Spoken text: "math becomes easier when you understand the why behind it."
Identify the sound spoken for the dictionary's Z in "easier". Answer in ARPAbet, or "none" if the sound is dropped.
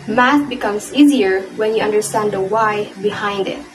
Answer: Z